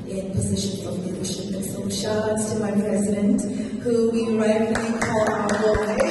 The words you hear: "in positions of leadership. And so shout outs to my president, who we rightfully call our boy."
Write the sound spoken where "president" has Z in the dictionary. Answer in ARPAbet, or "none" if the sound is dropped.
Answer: Z